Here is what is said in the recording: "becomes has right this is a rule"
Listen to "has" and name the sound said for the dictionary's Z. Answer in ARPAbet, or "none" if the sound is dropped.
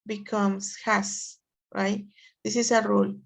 S